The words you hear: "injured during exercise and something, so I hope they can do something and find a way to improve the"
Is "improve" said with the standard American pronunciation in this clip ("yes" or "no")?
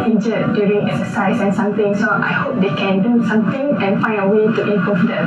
no